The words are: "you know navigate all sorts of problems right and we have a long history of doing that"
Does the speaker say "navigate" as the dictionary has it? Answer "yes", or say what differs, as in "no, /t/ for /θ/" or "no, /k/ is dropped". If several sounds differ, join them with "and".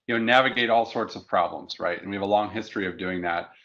yes